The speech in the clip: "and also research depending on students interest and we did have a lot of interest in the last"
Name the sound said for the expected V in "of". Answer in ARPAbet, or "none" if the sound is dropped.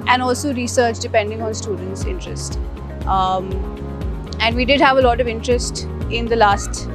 V